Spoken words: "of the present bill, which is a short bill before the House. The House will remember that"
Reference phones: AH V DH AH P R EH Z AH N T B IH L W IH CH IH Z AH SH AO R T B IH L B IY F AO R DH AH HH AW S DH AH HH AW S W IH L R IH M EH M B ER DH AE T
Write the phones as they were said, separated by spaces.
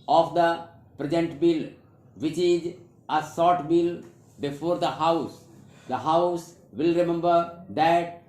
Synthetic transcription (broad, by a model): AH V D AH P R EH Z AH N T B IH L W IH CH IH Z AH S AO T B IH L B IY F AO R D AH HH AW S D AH HH AW S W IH L R IH M EH M B ER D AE T